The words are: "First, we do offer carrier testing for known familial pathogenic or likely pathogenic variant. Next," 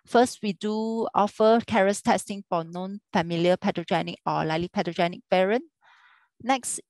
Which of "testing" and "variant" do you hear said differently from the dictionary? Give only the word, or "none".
variant